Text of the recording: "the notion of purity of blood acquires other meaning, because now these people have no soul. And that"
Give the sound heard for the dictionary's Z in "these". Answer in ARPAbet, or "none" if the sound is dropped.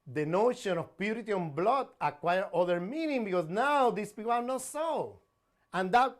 S